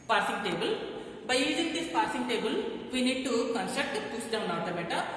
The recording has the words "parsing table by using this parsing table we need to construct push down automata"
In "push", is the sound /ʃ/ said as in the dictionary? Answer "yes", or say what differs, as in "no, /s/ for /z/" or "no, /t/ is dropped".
no, /s/ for /ʃ/